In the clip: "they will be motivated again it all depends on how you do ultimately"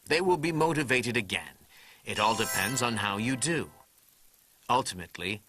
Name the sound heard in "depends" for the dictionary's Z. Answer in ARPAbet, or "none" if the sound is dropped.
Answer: Z